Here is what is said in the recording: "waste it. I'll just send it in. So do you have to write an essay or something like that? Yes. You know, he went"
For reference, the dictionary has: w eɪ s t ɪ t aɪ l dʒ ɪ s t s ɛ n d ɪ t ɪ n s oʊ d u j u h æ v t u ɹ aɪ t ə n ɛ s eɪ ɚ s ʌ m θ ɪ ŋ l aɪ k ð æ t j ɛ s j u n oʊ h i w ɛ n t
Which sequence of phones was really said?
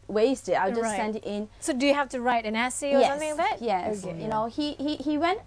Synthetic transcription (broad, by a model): w eɪ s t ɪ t aɪ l dʒ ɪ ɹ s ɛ n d ɪ t ɪ n s oʊ d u j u h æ f t u ɹ aɪ t ə n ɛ s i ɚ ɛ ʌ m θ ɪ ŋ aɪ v ð æ t j ɛ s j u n oʊ h i w ɛ n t